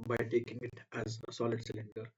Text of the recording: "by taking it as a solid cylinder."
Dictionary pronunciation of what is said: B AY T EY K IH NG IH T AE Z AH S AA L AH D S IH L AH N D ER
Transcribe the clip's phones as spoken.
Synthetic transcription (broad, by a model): B AY T EY K IH NG IH T AE Z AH S AA L AH D S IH L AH N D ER